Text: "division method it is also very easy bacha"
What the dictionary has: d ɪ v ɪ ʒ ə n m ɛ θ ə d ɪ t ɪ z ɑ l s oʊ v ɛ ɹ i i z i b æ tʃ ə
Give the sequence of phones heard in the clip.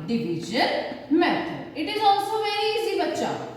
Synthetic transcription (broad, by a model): d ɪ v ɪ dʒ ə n m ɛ t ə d ɪ t ɪ z ɑ l s oʊ v ɛ ɹ i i s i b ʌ tʃ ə